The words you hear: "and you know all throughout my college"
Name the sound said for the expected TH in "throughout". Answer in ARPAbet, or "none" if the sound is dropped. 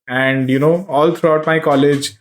T